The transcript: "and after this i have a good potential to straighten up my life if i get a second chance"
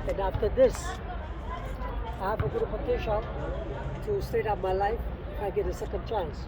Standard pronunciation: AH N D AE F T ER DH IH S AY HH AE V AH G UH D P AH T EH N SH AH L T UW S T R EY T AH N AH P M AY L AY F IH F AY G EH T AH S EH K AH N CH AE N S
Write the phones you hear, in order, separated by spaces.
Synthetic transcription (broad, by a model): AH N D AE F T ER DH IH S AY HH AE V AH G UH D P AH T EH N SH AH L T UW S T EY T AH UH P M AY L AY IH F AY G EH T AH S EH K AH N CH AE N S